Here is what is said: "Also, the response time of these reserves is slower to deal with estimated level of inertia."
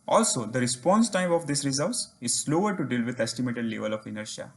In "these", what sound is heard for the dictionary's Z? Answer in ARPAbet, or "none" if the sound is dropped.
S